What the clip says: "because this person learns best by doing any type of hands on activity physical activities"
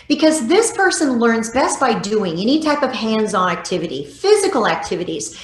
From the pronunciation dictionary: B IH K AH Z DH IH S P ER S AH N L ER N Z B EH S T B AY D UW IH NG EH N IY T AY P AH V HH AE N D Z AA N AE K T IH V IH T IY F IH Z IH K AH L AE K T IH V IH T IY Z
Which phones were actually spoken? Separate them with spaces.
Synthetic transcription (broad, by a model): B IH K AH Z DH IH S P ER S AH N L ER N Z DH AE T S B AY D UW IH NG EH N IY T AY P AH V HH AE N D Z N AE K T IH V IH T IY F IH Z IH K L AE K T IH V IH T IY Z